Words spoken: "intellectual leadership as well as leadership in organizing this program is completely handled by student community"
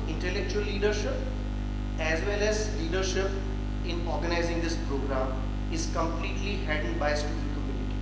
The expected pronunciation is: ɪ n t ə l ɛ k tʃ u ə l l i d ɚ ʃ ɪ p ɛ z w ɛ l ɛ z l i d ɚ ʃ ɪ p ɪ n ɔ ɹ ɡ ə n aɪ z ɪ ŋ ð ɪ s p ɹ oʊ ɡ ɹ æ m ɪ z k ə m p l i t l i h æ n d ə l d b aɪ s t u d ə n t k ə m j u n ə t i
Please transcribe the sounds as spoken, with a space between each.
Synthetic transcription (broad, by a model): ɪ n t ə l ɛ k tʃ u ə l l i d ɚ ʃ ɪ p ɛ z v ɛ l ɛ z l i d ɚ ʃ ɪ p ɪ n ɔ ɹ ɡ ə n aɪ z ɪ ŋ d ɪ s p ɹ oʊ ɡ ɹ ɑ m ɪ z k ə m p l i t l i h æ d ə n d b aɪ s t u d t k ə m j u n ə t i